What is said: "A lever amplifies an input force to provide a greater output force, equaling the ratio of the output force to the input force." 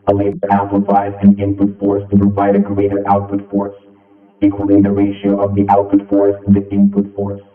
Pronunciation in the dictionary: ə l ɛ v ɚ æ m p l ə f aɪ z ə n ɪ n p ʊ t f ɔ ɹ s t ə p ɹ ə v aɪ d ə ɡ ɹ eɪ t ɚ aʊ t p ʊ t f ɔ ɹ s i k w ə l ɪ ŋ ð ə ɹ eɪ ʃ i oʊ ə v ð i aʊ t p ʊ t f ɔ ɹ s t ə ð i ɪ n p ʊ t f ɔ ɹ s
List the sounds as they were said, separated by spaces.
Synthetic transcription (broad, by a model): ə l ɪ b ɚ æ p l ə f aɪ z ə n ɪ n p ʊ t f ɔ ɹ s t ə p ɹ ə v aɪ d ə ɡ ɹ eɪ t ɚ aʊ t p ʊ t f ɔ ɹ s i k w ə l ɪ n ð ə ɹ eɪ ʃ i oʊ ə v ð i aʊ t p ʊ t f ɔ ɹ s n ð i ɪ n p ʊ t f ɔ ɹ s